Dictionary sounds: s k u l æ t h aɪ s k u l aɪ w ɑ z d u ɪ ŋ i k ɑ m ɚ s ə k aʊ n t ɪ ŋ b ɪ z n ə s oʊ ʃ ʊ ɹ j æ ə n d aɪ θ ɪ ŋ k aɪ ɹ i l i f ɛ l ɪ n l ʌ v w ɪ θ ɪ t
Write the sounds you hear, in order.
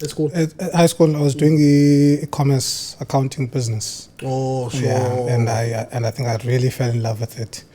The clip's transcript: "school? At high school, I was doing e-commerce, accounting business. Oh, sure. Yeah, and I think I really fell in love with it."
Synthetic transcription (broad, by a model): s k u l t h aɪ s k u l aɪ w ɑ z d u ɪ ŋ i k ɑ m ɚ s ə k aʊ n t ɪ ŋ b ɪ z n ə s oʊ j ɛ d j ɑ ə n d aɪ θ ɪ ŋ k aɪ ɹ i l i f ɛ l ɪ n l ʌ v w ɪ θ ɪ t